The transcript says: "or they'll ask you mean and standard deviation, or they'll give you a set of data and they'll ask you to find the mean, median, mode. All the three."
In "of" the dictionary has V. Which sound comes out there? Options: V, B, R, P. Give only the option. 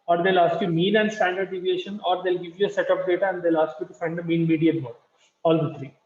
P